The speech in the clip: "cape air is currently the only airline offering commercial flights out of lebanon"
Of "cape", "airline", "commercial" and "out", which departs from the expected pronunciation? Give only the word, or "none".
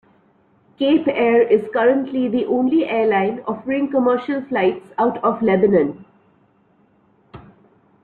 none